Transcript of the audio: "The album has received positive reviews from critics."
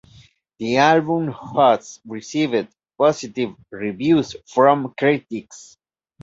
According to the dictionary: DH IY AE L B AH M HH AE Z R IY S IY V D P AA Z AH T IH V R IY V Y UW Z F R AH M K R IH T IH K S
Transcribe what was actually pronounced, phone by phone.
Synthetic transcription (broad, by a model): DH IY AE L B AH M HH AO S R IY S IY V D P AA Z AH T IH V R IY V Y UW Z F R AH M K R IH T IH K S